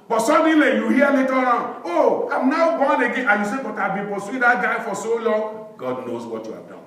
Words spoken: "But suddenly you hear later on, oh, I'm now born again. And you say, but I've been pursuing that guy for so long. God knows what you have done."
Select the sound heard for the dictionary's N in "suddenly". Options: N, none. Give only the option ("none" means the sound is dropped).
none